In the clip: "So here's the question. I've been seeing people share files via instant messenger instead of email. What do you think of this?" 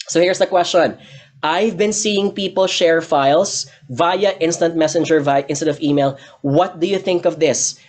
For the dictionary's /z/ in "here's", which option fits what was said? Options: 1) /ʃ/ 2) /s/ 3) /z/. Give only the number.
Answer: 2